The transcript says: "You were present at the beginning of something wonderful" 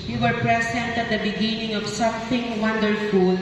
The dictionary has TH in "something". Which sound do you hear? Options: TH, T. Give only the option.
T